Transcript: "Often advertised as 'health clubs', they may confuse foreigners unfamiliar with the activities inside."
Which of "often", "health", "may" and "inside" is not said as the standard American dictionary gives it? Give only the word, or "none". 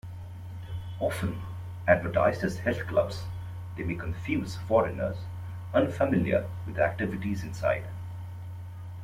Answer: health